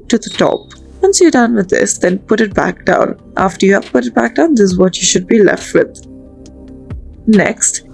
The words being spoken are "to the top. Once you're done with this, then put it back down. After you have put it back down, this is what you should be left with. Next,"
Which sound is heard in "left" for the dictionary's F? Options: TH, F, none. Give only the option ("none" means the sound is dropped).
F